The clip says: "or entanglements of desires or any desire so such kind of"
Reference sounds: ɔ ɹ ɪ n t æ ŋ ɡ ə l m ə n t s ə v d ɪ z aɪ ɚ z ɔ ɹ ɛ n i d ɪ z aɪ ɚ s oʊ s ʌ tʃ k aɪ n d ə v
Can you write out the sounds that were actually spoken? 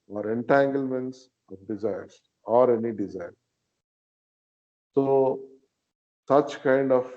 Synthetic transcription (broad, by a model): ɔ ɹ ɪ n t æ ŋ ɡ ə l m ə n t s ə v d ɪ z aɪ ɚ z ɔ ɹ ɛ n i d ɪ z aɪ ɚ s oʊ s ʌ tʃ k aɪ n d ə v